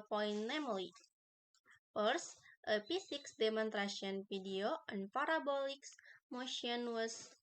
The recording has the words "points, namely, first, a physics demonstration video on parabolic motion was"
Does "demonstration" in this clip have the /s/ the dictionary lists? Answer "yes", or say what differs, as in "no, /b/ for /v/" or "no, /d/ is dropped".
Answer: no, /s/ is dropped